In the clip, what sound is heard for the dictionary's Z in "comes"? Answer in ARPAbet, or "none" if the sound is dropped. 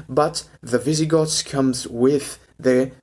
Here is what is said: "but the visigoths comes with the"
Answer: Z